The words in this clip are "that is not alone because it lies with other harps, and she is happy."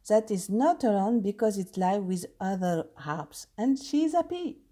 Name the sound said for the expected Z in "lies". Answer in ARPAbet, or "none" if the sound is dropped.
none